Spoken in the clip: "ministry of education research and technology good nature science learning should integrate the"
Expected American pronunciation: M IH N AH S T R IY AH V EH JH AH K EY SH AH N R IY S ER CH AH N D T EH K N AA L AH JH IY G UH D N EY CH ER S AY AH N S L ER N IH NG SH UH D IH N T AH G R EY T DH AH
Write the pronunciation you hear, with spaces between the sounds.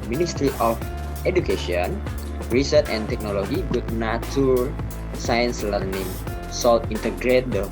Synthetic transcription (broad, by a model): M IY N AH S T R IY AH F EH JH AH K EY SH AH N R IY S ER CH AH N T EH K N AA L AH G IY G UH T N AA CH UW S AY AH N S L ER N IH NG S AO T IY N T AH G R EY T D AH